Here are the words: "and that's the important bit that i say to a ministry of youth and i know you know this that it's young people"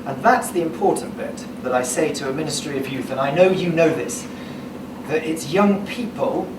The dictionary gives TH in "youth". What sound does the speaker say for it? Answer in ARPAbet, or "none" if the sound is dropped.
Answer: TH